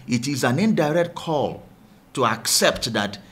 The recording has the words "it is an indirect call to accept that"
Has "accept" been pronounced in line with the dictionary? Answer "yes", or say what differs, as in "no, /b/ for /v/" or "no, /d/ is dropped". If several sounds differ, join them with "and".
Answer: yes